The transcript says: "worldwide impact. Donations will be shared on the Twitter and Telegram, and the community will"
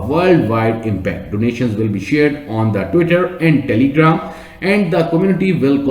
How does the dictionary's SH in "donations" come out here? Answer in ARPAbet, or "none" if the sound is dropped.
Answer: SH